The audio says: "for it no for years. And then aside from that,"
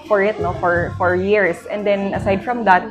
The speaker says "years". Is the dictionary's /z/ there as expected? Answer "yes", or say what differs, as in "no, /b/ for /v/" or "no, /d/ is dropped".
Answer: no, /s/ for /z/